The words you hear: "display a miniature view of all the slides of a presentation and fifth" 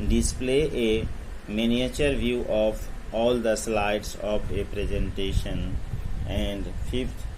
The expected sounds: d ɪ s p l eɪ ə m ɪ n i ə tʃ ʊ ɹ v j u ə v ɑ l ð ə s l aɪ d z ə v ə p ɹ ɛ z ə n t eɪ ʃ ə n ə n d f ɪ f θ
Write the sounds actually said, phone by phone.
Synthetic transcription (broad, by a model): d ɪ s p l eɪ ə m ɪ n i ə tʃ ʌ ɹ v j u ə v ɑ l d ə s l aɪ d s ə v ə p ɹ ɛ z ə n t eɪ ʃ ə n ə n d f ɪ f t